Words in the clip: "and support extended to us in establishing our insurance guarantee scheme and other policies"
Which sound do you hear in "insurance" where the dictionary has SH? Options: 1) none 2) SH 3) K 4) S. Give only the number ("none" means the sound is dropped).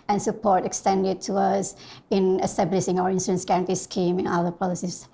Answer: 4